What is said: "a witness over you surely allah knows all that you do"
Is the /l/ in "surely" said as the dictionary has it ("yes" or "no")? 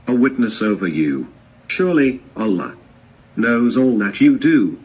yes